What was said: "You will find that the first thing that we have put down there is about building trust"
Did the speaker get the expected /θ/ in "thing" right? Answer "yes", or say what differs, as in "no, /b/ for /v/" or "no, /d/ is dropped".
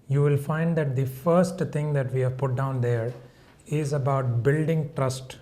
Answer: no, /t/ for /θ/